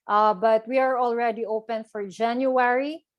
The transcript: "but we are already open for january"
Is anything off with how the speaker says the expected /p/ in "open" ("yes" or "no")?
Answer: no